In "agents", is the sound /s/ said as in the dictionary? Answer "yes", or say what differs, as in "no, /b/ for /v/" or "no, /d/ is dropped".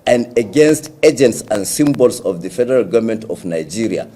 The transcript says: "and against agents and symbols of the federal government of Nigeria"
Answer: yes